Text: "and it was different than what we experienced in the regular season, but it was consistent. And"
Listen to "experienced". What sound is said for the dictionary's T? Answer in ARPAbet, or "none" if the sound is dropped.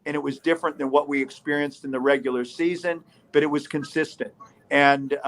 T